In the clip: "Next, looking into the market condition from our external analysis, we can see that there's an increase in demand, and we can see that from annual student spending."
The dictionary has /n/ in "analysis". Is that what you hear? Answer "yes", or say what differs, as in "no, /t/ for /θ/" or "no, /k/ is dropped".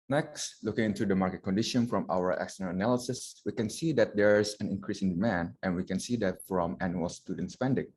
yes